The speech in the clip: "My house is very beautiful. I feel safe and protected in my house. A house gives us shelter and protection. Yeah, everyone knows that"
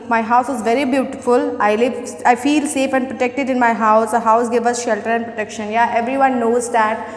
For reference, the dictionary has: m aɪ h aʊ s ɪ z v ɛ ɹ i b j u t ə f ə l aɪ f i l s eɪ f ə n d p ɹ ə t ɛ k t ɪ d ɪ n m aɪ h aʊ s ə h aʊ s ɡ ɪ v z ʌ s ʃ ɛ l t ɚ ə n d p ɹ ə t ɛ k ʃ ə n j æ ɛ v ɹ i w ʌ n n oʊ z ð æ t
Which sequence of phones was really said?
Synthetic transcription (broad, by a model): m aɪ h aʊ s ɪ z v ɛ ɹ i b j u t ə f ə l aɪ f i l s eɪ f ə n d p ɹ ə t ɛ k t ɪ d ɪ n m aɪ h aʊ s ə h aʊ s ɡ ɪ v ʌ s ʃ ɛ l t ɚ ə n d p ɹ ə t ɛ k ʃ ə n j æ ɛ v ɹ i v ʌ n n oʊ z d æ t